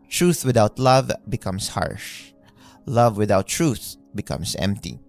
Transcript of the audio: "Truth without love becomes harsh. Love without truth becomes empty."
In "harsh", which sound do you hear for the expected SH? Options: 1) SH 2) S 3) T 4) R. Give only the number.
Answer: 1